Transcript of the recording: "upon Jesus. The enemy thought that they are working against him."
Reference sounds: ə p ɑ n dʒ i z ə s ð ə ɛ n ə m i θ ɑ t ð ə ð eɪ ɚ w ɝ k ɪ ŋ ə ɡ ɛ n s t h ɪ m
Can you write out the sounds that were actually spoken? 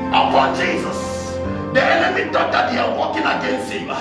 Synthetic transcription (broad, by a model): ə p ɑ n dʒ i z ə s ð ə ɛ n ə m i t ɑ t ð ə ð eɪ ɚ w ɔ k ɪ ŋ ə ɡ ɛ n s t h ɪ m